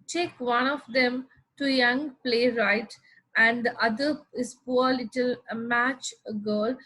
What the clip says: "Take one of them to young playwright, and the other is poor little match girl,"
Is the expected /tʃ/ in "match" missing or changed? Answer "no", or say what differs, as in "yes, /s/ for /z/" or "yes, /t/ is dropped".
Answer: no